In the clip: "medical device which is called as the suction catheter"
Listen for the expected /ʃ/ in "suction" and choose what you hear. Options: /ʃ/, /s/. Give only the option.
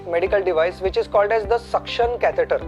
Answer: /ʃ/